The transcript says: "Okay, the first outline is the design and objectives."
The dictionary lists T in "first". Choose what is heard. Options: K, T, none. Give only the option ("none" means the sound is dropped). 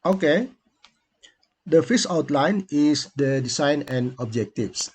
none